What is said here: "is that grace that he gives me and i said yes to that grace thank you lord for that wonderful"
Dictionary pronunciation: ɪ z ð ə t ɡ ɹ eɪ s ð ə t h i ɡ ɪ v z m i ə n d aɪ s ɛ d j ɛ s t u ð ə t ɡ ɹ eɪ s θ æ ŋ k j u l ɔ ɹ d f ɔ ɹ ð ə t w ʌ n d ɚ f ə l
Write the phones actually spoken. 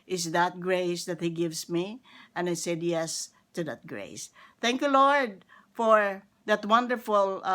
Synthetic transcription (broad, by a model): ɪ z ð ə t ɡ ɹ eɪ s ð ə t h i ɡ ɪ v s m i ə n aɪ s ɛ d j ɛ s t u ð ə t ɡ ɹ eɪ s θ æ ŋ k j u l ɔ ɹ d f ɔ ɹ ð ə t w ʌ n d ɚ f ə l